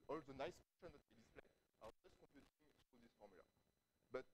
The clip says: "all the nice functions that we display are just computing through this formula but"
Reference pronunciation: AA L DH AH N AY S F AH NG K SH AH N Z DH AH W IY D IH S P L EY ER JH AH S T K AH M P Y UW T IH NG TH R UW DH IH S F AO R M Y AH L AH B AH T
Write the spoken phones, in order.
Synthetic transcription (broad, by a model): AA L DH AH N AY S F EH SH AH N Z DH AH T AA D IH S P L EY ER JH AH S T K AH M P Y UW T IH NG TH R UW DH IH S F AO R M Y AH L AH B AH T